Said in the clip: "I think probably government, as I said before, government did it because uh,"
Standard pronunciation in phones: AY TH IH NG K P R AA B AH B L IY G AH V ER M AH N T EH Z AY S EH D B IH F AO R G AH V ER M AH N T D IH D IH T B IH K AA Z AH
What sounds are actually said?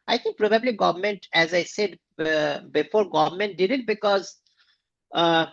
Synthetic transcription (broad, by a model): AY T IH NG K P R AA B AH B L IY G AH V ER M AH N T EH Z AY S EH D B IH F AO R G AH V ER M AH N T D IH D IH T B IH K AA Z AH